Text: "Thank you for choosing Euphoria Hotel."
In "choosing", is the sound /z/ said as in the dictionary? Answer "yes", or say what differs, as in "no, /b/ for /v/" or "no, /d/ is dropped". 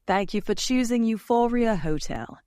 yes